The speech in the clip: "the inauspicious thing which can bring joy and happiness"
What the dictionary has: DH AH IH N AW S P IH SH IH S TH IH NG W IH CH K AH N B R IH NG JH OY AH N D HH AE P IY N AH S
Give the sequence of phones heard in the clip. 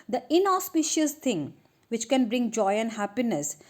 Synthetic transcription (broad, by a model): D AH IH N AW S P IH SH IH S T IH NG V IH CH K AH N B R IH NG JH OY AH N D HH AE P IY N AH S